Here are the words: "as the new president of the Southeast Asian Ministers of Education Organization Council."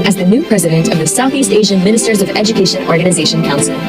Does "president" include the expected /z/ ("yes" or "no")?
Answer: yes